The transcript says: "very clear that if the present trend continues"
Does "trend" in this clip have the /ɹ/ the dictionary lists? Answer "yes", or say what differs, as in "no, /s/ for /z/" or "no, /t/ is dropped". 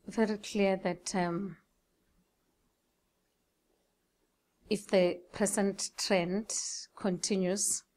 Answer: yes